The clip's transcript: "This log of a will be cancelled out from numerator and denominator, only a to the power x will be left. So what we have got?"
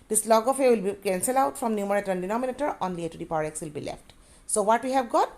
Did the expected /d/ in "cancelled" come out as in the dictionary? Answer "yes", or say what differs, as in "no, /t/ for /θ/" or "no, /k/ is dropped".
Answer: no, /d/ is dropped